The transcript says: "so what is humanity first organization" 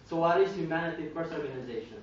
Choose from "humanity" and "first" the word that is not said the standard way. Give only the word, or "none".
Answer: first